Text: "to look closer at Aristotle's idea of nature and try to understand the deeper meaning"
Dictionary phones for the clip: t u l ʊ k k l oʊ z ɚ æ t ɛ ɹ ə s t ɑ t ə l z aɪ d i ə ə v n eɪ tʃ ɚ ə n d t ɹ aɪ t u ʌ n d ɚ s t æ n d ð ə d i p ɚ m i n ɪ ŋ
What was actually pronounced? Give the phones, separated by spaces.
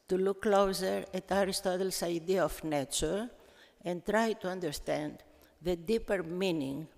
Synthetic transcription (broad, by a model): t u l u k k l oʊ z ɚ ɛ t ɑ ɹ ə s t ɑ t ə l s aɪ d i ə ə f n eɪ tʃ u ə n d t ɹ aɪ t u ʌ n d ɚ s t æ n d ð ə d i p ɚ m i n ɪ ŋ